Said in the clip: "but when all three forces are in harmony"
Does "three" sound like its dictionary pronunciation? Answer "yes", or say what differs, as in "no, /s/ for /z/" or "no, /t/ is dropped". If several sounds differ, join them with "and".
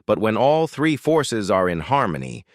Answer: yes